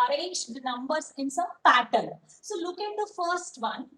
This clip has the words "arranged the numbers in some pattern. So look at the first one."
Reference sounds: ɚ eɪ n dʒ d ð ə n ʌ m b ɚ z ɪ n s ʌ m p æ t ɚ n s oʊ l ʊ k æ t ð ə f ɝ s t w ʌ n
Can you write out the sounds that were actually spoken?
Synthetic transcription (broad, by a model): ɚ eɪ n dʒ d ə n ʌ m b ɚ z ɪ n s ʌ m p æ t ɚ l s oʊ l ʊ k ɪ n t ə f ɝ s t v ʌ n